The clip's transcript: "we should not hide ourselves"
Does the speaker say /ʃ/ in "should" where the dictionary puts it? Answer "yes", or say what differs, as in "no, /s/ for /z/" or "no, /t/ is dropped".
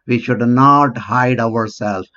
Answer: yes